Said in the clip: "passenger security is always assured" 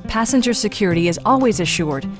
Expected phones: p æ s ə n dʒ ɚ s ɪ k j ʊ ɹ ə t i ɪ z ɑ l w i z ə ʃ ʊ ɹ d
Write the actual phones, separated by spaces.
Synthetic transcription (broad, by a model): p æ s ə n dʒ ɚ s ɪ k j ʊ ɹ ə t i ɪ z ɑ l w i z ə ʃ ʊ ɹ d